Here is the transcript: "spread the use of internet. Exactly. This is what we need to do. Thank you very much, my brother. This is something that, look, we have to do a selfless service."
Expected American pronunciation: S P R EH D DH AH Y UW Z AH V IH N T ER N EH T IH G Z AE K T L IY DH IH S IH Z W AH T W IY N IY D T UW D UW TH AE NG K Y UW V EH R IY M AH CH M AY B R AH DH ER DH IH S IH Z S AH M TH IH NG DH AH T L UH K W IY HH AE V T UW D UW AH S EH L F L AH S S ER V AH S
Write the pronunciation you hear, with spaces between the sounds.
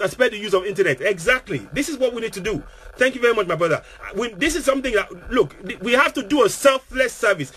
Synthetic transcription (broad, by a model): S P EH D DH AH Y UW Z AH V IH N T ER N EH T IH G Z AE K T L IY DH IH S IH Z W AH T W IY N IY D T UW D UW TH AE NG K Y UW V EH R IY M AH CH M AY B R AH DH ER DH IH S IH Z S AH M TH IH NG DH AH T L UH K W IY HH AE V T UW D UW AH S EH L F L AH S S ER V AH S